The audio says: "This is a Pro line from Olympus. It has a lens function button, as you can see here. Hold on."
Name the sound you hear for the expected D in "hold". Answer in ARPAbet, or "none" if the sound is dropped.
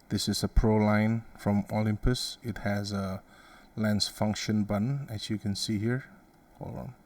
none